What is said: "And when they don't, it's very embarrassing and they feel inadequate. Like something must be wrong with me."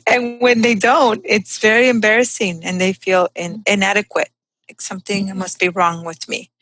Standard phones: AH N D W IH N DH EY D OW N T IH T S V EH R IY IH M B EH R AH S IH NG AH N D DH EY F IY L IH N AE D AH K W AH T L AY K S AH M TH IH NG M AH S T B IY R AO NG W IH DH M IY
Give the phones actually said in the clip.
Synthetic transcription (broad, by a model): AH N W IH N DH EY D OW N T IH T S V EH R IY IH M B EH R AH S IH NG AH N DH EY F IY L IH N AE D AH K W AH T L AY K S AH M TH IH NG M AH S T B IY R AO NG W IH DH M IY